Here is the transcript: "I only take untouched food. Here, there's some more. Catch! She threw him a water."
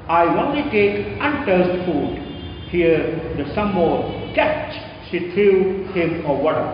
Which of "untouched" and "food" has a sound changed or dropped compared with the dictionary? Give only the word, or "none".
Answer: untouched